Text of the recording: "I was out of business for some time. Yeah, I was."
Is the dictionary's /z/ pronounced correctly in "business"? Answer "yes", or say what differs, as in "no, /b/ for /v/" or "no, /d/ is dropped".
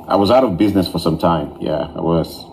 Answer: yes